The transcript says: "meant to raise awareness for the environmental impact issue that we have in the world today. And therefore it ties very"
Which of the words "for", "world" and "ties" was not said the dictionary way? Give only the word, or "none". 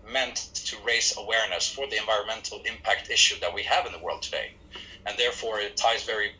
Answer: none